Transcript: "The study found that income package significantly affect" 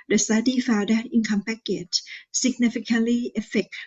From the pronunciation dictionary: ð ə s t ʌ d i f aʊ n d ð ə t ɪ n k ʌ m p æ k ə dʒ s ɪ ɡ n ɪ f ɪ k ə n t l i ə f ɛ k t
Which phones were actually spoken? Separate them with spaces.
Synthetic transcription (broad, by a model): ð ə s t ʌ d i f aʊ d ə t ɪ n k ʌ m p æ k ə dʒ s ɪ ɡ n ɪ f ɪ k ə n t l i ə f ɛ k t